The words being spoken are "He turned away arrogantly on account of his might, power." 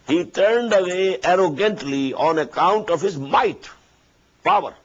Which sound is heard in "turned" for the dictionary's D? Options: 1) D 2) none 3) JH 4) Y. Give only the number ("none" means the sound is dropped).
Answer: 1